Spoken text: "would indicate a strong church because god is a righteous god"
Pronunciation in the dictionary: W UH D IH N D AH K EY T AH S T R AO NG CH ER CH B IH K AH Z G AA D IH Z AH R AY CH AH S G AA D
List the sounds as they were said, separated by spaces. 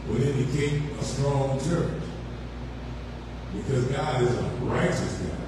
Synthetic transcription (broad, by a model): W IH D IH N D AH K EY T AH S T R AO NG CH ER CH B IH K AH Z G AA D IH Z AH R AY CH AH S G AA